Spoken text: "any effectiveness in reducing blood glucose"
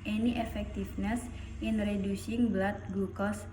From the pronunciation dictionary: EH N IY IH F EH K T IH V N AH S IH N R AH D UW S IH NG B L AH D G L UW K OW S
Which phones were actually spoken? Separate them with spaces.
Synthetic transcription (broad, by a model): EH N IY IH F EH K T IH F N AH S IH N R AH D UW S IH NG B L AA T G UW K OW S